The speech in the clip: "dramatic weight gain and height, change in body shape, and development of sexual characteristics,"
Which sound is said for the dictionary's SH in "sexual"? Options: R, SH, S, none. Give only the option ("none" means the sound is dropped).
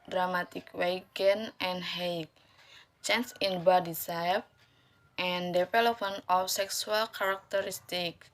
S